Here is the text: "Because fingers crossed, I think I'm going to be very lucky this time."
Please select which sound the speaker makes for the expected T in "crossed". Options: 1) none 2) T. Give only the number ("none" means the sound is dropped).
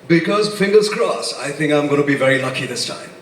1